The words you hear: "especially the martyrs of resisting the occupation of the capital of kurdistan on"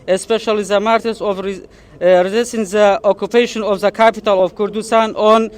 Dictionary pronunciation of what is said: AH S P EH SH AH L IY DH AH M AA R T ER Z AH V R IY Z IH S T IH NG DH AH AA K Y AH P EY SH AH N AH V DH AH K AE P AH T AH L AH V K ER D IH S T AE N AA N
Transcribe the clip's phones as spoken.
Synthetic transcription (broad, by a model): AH S P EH SH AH L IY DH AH M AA R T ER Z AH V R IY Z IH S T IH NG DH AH AA K Y AH P EY SH AH N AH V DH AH K AE P AH T AH L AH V K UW D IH S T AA N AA N